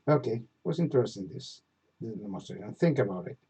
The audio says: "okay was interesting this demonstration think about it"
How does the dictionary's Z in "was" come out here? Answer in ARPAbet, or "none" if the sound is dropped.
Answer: S